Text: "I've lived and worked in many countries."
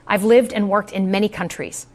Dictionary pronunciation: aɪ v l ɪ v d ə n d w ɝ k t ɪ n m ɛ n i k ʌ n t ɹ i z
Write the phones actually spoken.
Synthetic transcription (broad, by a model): aɪ v l ɪ v d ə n w ɝ k t ɪ n m ɛ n i k ʌ n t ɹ i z